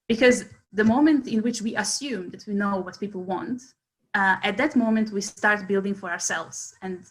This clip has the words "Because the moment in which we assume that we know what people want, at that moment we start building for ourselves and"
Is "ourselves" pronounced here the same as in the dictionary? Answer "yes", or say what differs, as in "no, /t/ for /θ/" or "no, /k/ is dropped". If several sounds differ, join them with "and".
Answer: yes